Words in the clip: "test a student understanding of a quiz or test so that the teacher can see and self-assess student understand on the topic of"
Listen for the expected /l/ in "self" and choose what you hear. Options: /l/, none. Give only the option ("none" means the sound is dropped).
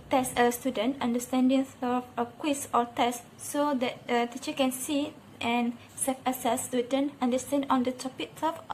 none